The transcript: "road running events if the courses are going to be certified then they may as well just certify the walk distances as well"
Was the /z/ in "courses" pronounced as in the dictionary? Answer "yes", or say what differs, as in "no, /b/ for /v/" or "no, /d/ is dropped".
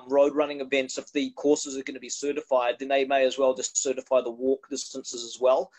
yes